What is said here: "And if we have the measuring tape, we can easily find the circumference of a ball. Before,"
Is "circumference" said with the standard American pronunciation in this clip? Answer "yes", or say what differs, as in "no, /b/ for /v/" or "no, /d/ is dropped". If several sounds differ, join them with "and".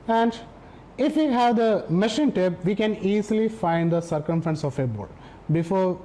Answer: yes